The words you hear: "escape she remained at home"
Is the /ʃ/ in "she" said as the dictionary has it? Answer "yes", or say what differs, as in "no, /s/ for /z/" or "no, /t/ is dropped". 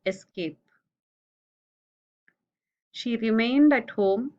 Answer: yes